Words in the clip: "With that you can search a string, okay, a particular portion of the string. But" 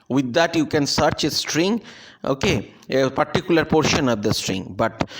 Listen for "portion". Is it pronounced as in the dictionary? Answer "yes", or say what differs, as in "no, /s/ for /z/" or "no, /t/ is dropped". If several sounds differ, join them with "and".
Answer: yes